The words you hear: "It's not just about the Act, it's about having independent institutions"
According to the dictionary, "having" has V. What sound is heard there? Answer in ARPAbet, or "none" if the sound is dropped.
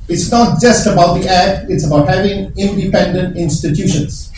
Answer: V